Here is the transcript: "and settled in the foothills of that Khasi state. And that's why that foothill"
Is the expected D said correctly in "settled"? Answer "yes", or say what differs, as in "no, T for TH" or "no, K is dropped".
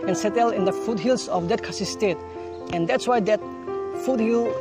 no, D is dropped